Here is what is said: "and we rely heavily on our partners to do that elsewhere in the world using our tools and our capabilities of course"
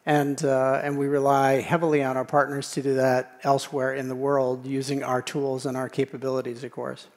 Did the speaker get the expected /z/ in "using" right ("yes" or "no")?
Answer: yes